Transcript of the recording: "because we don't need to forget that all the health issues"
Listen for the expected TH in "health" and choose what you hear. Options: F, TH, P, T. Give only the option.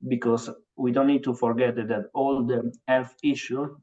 F